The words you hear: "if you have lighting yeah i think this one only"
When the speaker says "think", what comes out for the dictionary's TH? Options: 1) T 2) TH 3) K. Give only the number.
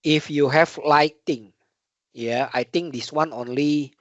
1